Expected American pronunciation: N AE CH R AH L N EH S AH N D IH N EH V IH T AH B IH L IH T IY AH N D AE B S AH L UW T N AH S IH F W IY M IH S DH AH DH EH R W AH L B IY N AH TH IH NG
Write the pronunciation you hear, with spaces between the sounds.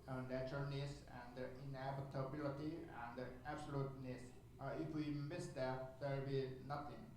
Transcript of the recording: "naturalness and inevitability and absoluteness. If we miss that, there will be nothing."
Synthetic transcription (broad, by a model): N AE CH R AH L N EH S AH N D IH N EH B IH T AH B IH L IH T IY AH N D AE B S AH L UW T N AH S IH F W IY M IH S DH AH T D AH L B IY N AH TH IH NG